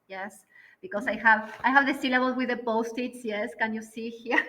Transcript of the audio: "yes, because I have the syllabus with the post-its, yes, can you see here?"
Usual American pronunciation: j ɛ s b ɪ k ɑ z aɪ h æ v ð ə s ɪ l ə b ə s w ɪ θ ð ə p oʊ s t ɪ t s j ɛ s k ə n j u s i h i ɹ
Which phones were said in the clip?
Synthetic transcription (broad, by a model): j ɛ s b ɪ k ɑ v aɪ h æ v ð ə s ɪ l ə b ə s w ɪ ð ə p oʊ s t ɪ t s j ɛ s k ə n j u s i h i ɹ